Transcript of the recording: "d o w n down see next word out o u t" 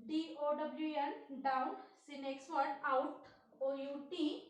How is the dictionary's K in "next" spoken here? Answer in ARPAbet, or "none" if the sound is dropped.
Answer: K